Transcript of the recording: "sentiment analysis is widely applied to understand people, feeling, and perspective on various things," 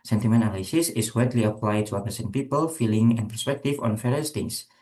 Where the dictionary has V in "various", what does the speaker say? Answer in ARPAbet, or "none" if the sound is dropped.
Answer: F